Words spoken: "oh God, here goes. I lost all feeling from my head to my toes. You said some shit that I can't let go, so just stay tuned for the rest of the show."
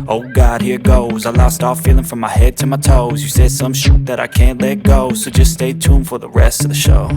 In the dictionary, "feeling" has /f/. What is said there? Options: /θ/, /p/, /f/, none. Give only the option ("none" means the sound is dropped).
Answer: /f/